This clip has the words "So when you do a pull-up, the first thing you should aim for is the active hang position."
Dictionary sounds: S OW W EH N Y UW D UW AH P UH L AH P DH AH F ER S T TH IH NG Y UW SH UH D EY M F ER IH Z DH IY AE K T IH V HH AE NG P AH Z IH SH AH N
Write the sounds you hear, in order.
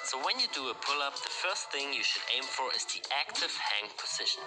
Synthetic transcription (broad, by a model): S OW W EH N Y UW D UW AH P UH L AH P DH AH F ER S T TH IH NG Y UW SH UH D EY M F ER IH Z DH IY AE K T IH V HH AE NG P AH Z IH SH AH N